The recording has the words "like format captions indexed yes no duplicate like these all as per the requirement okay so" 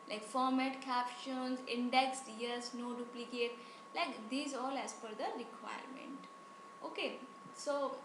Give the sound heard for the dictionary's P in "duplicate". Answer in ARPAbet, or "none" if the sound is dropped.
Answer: P